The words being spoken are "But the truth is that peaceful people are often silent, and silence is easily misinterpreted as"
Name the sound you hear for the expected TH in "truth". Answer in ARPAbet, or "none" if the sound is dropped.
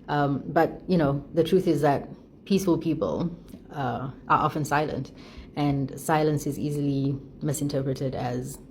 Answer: TH